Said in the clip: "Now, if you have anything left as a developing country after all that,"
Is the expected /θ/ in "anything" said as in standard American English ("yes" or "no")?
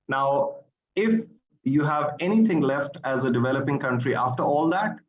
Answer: no